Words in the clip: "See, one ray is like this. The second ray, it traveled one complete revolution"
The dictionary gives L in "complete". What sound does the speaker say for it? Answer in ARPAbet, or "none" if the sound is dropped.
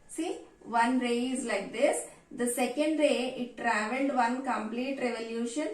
L